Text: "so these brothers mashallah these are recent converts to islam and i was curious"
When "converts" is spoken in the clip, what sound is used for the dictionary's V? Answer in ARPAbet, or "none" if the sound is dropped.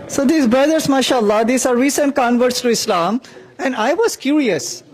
V